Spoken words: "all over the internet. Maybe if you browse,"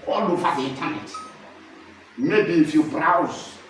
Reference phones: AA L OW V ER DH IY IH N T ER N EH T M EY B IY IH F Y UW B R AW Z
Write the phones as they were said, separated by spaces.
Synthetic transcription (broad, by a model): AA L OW F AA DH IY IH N T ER N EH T M EY B IY F Y UW B R AW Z